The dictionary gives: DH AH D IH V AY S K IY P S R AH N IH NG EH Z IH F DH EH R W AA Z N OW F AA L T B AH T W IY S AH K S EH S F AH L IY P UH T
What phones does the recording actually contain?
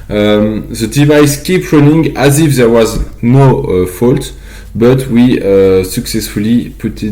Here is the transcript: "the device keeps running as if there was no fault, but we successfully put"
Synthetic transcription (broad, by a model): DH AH D IH V AY S K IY P R AH N IH NG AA Z IH F DH EH R W AA Z N OW F AA L T B AH T W IY S AH K S EH S F AH L IY P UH T